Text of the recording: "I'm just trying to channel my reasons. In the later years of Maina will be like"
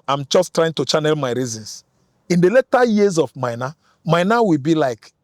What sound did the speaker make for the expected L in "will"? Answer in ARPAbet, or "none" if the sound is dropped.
W